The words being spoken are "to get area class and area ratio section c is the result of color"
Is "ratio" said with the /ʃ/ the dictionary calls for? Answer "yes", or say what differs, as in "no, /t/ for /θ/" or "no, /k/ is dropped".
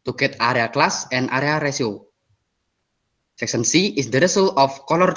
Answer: no, /s/ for /ʃ/